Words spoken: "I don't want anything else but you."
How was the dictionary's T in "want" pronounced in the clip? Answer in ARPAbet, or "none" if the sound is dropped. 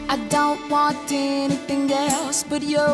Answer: T